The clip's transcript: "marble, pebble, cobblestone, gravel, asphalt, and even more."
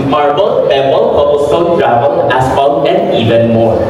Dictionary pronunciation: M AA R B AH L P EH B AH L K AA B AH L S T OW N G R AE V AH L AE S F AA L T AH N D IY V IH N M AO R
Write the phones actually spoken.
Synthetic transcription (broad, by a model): M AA R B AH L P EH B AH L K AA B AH S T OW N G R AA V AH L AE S P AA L AH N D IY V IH N M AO R